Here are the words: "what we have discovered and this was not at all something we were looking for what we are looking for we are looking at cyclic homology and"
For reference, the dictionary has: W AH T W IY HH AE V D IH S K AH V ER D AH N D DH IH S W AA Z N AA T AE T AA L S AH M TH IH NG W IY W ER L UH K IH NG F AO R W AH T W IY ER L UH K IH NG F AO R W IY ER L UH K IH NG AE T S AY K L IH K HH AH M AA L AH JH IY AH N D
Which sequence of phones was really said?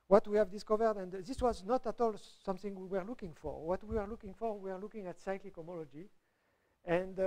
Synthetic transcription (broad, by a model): W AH T W IY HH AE V D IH S K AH V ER D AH N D DH IH S W AA Z N AA T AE T AA L S AH M TH IH NG W IY W ER L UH K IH NG F AO R W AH T W IY ER L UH K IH NG F AO R W IY ER L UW K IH NG AE T S AY K L IH K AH M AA L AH JH IY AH N D